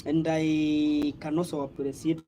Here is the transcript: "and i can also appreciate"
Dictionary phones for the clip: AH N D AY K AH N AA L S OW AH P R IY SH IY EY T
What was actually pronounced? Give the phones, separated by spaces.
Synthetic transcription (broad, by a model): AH N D AY K AH N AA S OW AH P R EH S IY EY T